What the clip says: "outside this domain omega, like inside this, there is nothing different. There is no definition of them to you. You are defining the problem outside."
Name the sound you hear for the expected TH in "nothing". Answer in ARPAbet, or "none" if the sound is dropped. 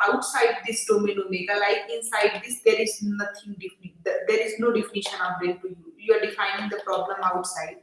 T